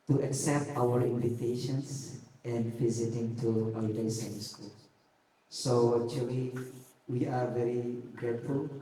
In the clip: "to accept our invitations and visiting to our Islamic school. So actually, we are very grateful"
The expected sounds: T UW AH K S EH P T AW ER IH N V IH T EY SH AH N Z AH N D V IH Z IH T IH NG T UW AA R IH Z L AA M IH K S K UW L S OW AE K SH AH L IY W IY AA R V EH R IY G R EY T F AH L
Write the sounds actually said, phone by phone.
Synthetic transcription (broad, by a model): T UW AH K S EH P T AW ER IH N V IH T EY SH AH N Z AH N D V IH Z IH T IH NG T UW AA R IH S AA IH S K UW L S OW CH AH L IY W IY AA R V EH R IY G R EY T F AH L